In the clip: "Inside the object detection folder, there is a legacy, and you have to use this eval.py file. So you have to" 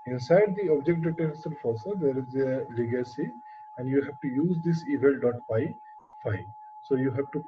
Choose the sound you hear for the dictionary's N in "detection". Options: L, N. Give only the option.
L